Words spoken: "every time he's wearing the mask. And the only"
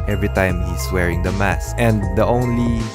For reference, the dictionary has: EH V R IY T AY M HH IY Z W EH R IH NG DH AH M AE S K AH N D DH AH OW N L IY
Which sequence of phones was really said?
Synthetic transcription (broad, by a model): EH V R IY T AY M HH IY S W EH R IH NG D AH M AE S AH N D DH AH OW N L IY